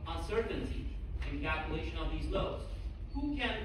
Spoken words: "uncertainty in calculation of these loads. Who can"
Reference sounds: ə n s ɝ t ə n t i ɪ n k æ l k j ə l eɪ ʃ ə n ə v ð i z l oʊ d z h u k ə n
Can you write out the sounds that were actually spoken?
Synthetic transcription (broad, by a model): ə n s ɝ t n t i ɪ n k æ l k j ə l eɪ ʃ ə n ə v ð i z l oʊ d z h u k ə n